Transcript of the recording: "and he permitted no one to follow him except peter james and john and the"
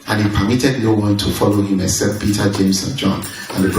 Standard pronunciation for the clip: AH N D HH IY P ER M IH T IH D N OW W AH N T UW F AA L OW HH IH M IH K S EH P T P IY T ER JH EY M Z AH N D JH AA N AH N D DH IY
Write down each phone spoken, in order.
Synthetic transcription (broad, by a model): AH N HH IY P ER M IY T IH D N OW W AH N T UW F AA L OW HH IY M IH S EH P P IY T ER JH EY M S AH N JH AA N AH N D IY